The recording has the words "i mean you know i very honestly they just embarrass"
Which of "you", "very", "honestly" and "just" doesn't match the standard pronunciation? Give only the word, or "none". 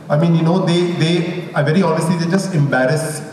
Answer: none